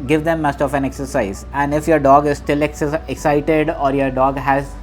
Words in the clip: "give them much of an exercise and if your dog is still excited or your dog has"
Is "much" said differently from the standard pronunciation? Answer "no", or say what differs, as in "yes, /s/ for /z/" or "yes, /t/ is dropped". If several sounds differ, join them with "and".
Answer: yes, /s/ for /tʃ/